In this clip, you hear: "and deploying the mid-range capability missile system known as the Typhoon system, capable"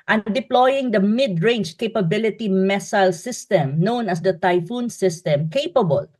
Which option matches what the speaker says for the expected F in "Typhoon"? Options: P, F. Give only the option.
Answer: F